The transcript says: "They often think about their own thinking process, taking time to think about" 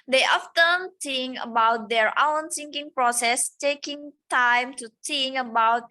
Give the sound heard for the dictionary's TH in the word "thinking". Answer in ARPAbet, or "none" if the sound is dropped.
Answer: S